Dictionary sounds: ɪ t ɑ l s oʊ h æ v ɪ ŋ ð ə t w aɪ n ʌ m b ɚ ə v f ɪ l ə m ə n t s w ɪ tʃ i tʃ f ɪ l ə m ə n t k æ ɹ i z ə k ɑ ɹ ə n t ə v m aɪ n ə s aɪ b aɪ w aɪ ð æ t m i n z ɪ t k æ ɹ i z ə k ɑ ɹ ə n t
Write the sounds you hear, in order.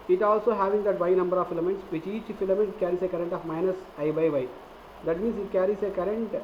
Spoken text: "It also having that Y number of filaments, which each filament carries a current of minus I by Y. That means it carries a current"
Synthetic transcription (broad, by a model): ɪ t ɑ l s oʊ h æ v ɪ ŋ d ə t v aɪ n ʌ m b ɚ ə v f ɪ l ə m ə n t s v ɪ tʃ i tʃ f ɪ l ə m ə n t k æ ɹ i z ə k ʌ ɹ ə n t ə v m aɪ n ə s aɪ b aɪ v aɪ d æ t m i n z ɪ t k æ ɹ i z ə k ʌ ɹ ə n t